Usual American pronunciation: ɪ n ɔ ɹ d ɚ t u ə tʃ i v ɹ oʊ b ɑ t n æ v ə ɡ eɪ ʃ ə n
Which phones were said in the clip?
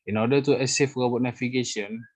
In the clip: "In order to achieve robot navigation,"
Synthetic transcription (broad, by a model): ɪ n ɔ d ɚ t u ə s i f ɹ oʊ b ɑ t n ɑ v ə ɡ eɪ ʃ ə n